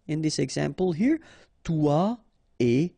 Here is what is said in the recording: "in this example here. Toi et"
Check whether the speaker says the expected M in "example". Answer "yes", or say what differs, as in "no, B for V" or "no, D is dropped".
yes